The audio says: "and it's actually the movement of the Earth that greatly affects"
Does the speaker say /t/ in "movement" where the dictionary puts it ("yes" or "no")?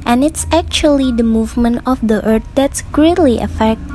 yes